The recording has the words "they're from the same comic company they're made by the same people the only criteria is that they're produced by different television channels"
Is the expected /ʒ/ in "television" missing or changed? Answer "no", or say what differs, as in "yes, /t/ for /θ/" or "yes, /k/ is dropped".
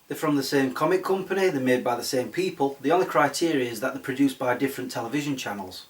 no